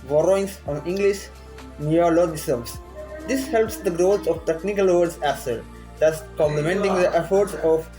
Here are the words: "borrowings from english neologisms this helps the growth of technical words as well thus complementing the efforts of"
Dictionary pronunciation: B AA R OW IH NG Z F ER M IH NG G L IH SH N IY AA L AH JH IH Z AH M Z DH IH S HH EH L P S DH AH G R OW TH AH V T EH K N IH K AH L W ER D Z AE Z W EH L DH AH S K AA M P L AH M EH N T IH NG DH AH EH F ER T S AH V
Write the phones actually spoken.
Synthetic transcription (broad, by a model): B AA R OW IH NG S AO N IH NG G L IH SH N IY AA L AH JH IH S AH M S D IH S HH EH L P S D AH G R OW S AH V T EH K N IH K AH L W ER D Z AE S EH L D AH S K AA M P L AH M EH N T IH NG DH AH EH F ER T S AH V